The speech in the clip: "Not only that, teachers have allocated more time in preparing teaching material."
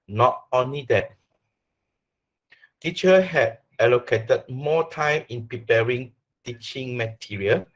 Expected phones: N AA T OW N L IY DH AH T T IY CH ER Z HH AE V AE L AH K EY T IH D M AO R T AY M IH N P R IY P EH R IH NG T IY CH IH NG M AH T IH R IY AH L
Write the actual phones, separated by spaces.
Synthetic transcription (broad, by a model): N AA T OW N L IY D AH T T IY CH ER HH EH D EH L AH K EY T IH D M AO T AY M IH N P R IY P EH R IH NG T IY CH IH NG M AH T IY R IY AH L